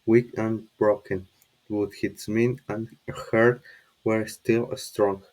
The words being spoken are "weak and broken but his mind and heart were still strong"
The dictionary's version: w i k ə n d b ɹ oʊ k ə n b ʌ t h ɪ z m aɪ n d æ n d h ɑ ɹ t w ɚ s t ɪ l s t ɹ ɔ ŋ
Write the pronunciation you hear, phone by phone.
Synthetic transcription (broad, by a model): w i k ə n b ɹ oʊ k ə n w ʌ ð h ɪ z m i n æ n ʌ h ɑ ɹ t w ɚ s t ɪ l s t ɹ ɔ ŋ